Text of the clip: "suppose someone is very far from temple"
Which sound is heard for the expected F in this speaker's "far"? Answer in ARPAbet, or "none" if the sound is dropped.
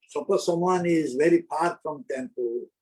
P